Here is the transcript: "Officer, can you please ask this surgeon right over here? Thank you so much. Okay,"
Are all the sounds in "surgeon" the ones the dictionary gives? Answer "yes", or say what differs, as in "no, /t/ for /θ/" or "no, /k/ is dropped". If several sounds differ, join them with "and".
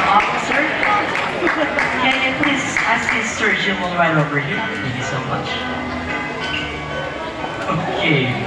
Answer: no, /l/ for /n/